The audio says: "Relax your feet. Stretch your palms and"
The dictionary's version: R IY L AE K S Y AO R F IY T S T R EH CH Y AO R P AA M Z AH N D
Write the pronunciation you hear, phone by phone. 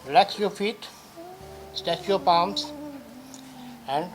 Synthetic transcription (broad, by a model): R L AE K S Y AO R F IY T S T EH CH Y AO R P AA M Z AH N D